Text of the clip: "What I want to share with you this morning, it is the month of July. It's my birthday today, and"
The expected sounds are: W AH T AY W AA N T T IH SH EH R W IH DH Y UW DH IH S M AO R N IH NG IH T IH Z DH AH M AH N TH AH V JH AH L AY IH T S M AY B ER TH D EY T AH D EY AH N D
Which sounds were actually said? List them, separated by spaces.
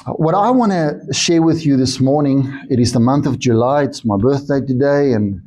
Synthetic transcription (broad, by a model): W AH T AY W AA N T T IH SH EH R W IH DH Y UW DH IH S M AO R N IH NG IH T IH Z DH AH M AH N TH AH V JH AH L AY IH T S M AY B ER TH D EY T AH D EY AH N